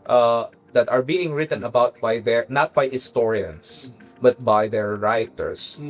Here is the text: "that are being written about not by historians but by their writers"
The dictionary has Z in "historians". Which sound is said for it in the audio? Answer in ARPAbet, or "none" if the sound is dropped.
S